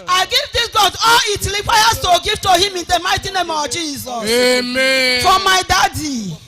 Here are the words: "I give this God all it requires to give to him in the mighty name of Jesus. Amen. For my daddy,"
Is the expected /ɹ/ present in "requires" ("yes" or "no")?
no